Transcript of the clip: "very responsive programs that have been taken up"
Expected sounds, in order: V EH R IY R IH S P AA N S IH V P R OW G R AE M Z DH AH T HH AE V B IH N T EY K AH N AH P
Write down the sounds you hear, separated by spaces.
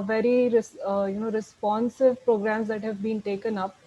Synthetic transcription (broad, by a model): V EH R IY R IH S P AA N S IH V P R OW G R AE M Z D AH T HH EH V B IH N T EY K AH N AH P